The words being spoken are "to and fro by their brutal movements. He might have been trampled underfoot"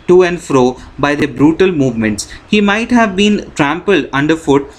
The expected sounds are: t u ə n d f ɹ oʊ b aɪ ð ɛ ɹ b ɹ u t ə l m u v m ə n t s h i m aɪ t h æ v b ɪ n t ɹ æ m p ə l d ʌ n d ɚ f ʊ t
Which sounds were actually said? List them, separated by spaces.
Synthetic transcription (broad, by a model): t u ə n d f ɹ oʊ b aɪ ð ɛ b ɹ u t ə l m u v m ə n t s h i m aɪ t h æ v b ɪ n t ɹ æ m p ə l d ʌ n d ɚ f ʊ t